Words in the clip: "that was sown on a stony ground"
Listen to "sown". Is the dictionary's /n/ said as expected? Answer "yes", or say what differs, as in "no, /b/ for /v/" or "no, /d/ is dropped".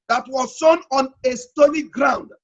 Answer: yes